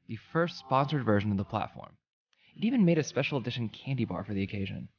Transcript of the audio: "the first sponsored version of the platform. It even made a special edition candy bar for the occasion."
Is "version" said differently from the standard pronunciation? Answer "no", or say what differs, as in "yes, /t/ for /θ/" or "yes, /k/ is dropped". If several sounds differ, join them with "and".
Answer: no